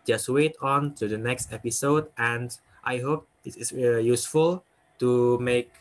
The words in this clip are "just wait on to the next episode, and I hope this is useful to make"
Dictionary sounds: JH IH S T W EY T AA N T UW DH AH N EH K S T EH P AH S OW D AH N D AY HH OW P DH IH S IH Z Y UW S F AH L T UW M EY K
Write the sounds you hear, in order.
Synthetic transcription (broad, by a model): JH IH S T W EY T AA N T UW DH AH N EH K S T EH P AH S OW D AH N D AY HH OW P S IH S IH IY Y UW S F AH L T UW M EY K